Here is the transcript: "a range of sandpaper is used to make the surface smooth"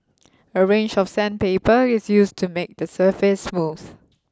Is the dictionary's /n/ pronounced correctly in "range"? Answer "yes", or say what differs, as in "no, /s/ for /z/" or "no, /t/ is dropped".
yes